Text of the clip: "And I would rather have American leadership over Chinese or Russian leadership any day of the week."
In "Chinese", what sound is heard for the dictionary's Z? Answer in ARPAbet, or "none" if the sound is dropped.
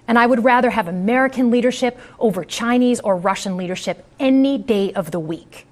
Z